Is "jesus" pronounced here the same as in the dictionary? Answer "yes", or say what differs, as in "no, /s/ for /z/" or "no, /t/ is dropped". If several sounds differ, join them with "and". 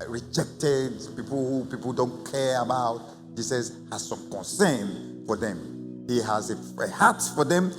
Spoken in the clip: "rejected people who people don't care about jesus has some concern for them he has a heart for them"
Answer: no, /s/ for /z/